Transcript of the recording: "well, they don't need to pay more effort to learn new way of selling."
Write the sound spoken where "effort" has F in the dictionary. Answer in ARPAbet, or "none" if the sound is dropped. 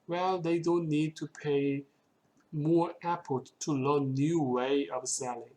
P